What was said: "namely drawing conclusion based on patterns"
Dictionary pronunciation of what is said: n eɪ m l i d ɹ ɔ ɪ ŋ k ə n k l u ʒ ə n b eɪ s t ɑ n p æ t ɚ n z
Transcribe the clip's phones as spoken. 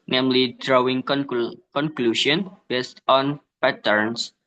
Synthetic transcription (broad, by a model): n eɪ m l i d ɹ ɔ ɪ ŋ k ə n k l u ʃ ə n b eɪ s t ɑ n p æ t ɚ n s